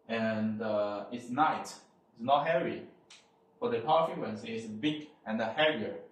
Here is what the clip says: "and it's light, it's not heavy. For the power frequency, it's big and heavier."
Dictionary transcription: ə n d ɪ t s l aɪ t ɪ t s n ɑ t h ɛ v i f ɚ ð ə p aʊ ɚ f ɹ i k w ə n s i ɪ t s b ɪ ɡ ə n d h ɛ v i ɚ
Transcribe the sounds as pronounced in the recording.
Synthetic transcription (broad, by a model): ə n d ɪ t s n aɪ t ɪ t s n ɑ t h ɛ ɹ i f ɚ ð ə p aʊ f i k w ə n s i ɪ t s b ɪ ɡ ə n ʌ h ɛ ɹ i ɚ